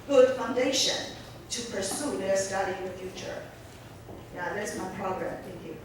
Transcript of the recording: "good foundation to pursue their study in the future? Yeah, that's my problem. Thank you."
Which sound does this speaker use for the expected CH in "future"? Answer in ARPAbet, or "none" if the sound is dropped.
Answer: CH